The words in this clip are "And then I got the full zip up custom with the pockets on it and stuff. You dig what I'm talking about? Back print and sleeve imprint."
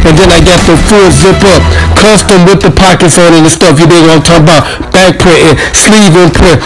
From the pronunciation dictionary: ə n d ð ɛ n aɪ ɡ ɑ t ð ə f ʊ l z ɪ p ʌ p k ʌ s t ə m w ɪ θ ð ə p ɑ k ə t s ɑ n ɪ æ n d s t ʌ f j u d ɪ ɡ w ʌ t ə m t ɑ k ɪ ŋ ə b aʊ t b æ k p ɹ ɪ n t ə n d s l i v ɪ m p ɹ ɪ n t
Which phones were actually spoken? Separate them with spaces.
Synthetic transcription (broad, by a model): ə n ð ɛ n aɪ ɡ ɑ t ð ə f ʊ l z ɪ p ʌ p k ʌ s t ə m w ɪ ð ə p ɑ k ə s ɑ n ɪ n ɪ s t ʌ f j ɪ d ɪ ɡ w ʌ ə t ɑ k ə b aʊ t b æ k p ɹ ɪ t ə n s l i v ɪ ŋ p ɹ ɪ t